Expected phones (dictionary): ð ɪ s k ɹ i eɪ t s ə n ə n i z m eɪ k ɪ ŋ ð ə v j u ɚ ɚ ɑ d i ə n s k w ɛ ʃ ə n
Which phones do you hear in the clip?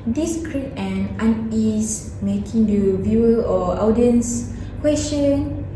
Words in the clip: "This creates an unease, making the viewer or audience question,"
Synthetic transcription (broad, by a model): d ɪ s k ɹ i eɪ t ə n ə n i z m eɪ k ɪ ŋ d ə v j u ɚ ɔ ɑ d i ə n s k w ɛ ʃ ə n